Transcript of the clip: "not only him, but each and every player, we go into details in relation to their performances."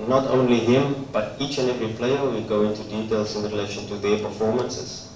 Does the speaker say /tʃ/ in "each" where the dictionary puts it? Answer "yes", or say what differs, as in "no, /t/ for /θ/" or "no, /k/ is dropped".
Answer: yes